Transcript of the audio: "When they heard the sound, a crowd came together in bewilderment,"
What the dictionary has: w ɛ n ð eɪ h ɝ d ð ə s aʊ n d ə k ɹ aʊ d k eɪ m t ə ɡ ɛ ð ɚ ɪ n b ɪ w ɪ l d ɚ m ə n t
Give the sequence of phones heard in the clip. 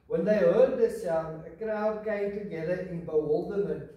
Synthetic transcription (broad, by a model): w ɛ n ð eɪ h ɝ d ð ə s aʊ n ə k ɹ aʊ d k eɪ m t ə ɡ ɛ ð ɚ ɪ n b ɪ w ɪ l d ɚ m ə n